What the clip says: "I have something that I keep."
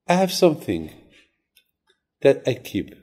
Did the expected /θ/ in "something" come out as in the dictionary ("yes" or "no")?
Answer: yes